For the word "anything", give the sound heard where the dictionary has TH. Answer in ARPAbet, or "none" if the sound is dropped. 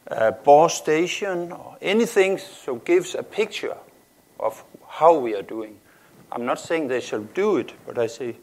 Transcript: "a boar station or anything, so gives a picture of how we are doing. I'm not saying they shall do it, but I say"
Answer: TH